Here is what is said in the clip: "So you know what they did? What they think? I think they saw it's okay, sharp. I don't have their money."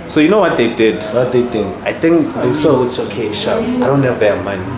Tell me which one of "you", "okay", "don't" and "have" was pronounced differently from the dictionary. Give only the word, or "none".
have